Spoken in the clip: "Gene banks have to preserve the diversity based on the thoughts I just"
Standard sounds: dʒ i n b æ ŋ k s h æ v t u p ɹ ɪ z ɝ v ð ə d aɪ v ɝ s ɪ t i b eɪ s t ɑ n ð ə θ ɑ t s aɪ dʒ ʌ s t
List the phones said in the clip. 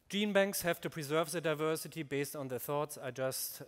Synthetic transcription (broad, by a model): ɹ i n b æ ŋ k s h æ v t u p ɹ ɪ z ɝ v ð ə d aɪ v ɝ s ɪ t i b eɪ s t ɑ n ð ə θ ɑ t s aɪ dʒ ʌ s t